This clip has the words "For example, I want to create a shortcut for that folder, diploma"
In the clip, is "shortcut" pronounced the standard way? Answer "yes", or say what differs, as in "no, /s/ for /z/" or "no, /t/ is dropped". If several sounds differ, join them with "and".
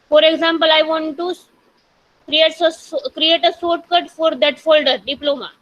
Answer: no, /s/ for /ʃ/